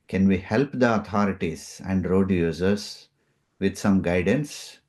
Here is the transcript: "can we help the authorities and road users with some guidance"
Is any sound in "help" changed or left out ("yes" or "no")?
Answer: no